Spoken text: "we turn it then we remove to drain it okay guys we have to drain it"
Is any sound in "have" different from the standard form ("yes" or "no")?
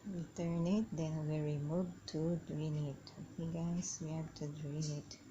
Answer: yes